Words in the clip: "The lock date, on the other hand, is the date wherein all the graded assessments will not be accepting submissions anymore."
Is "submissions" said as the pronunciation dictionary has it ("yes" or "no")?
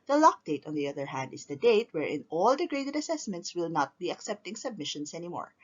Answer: no